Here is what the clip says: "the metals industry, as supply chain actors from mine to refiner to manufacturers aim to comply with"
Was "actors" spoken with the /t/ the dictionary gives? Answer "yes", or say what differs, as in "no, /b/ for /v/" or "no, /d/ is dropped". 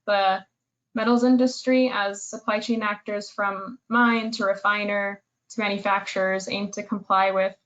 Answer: yes